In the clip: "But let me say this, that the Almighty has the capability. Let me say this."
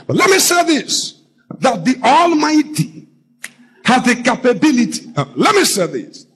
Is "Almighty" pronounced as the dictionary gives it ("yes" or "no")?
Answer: yes